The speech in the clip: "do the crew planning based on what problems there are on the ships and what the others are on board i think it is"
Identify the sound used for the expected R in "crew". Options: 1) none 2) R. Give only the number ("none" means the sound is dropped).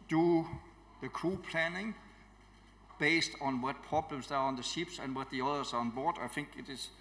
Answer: 1